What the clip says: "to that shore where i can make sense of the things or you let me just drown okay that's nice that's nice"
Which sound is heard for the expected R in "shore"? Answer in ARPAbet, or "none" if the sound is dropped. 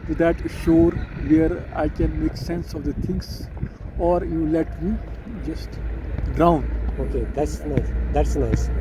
R